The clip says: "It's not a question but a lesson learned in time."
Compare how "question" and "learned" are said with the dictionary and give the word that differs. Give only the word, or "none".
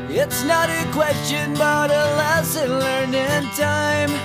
learned